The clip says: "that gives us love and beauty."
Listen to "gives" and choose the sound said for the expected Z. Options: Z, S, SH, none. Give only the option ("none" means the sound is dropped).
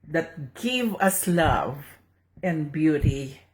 none